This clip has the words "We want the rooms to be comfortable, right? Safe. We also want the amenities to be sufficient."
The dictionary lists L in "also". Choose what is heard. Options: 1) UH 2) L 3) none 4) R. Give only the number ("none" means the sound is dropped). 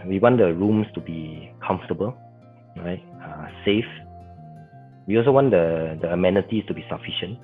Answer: 2